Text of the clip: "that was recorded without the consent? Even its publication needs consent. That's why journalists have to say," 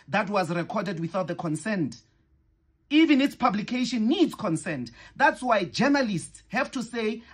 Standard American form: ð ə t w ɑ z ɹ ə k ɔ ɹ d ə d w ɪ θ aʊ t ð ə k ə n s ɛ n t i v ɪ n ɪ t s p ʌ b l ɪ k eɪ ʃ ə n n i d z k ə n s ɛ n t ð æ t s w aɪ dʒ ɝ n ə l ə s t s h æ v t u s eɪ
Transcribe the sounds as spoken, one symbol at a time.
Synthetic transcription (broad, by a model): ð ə t w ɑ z ɹ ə k ɔ d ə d w ɪ θ aʊ t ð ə k ə n s ɛ n t i v ɪ n ɪ t s p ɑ b l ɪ k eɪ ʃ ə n n i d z k ə n s ɛ n t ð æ t s w aɪ dʒ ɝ n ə l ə s t s h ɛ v t u s eɪ